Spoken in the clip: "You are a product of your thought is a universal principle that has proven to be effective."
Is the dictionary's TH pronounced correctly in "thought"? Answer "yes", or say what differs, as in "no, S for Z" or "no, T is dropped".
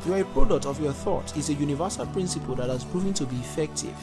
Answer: yes